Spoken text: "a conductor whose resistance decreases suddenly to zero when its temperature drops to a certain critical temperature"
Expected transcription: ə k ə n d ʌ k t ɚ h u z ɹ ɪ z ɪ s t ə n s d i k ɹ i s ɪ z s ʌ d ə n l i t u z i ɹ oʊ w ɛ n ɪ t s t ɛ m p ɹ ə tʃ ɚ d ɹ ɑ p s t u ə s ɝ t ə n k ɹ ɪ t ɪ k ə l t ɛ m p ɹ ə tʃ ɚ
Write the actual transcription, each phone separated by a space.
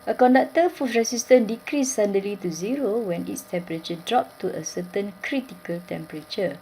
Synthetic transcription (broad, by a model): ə k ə n d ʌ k t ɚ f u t ɹ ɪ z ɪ s t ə n d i k ɹ i s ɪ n d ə l i t u z i ɹ oʊ w ɛ n ɪ t s t ɛ m p ɹ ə tʃ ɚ d ɹ ɑ p t u ə s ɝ t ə n k ɹ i t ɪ k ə l t ɛ m p ɹ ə tʃ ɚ